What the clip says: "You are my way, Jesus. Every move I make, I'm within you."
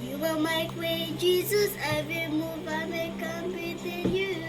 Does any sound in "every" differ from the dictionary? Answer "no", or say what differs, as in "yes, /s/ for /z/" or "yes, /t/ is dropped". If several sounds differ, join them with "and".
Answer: yes, /ɹ/ is dropped